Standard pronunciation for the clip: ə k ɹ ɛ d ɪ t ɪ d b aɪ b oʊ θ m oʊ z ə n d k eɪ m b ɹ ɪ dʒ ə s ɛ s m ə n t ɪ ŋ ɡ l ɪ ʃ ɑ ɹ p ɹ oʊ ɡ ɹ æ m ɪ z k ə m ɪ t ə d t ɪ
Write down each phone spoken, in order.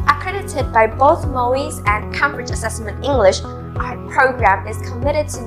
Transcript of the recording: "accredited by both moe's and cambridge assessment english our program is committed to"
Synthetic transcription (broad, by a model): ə k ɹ ɛ d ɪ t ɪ d b aɪ b oʊ θ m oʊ z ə n k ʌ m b ɹ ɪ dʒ ə s ɛ s m ə n t ɪ ŋ ɡ l ɪ ʃ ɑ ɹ p ɹ oʊ ɡ ɹ æ m ɪ z k ə m ɪ t ə d t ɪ